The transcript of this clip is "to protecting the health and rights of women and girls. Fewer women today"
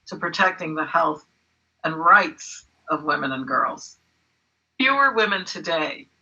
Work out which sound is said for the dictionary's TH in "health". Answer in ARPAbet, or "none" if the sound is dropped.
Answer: TH